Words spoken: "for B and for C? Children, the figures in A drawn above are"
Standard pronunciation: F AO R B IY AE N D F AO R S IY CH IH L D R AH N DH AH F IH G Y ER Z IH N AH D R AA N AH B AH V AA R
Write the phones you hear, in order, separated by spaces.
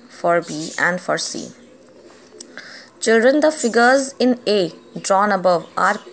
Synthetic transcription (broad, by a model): F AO R B IY AE N D F AO R S IY CH IH L D R AH N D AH F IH G ER Z IH N AH D R AA N AH B AH V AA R